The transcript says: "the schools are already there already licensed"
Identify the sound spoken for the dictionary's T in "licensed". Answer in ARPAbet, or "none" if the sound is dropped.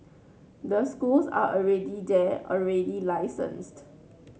T